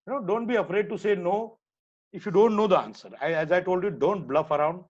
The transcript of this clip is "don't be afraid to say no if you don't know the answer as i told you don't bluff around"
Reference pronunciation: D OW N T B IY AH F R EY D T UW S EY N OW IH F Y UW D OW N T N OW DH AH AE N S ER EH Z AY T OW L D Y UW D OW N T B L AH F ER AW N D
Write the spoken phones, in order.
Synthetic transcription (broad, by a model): D OW N T B IY AH F R EY D T UW S EY N OW IH F Y UW D OW N T N OW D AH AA N S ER EH Z AY T OW L D Y UW D OW N T B L AH F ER AW N D